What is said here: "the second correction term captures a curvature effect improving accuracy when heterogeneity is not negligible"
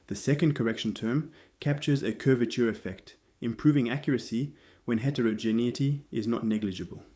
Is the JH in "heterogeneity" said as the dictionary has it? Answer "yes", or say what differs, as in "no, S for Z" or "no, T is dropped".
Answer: yes